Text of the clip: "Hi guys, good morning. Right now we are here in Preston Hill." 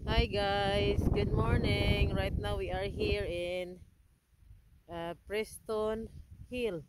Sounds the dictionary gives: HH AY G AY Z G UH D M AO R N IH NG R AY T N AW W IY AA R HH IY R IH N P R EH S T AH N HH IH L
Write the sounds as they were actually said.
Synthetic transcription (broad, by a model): HH AY G AY S G UH D M AO R N IH NG R AY T N AW W IY AA R HH IY R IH N P R EH S T AH N HH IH L